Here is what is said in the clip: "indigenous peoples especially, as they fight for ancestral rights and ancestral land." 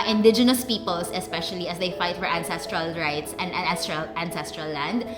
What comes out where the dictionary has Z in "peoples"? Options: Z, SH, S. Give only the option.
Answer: S